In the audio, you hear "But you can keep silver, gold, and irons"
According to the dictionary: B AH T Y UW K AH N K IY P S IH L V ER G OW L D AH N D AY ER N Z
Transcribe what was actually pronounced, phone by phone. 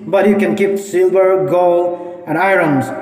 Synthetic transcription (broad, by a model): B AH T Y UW K AH N K IY P S IH L V ER G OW L AH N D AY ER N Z